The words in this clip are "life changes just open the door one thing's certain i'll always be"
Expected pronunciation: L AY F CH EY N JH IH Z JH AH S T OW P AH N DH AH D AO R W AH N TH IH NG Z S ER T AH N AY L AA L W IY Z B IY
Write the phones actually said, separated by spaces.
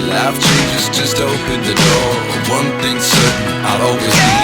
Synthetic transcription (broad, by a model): L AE F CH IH JH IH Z JH AH S T OW P AH N DH AH D AO R W AH N TH IH NG S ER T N AY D AA L W IY Z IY